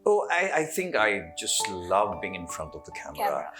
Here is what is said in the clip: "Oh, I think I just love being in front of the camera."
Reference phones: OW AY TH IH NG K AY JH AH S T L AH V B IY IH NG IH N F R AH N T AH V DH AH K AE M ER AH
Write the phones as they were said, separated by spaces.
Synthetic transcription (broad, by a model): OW AY TH IH NG K AY JH AH S T L AH V B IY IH NG IH N F R AH N T AH V DH AH K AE M ER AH